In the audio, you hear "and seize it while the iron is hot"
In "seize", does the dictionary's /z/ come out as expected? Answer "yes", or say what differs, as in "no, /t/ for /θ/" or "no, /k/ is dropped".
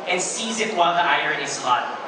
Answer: yes